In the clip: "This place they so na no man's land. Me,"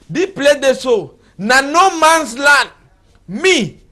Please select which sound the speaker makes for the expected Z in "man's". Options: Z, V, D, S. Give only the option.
S